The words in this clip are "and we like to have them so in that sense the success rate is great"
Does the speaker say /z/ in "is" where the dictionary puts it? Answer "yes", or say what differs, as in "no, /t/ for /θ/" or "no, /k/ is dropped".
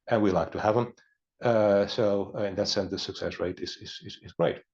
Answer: yes